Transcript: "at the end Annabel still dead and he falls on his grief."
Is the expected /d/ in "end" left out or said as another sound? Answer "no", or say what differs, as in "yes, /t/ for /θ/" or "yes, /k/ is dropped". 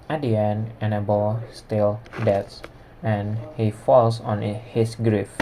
yes, /d/ is dropped